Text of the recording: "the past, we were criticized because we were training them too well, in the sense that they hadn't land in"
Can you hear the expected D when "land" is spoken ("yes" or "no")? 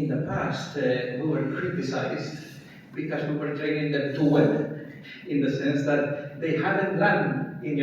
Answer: no